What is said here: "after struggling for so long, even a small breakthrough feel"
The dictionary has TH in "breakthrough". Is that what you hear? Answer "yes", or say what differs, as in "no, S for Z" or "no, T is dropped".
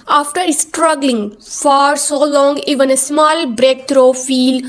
no, T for TH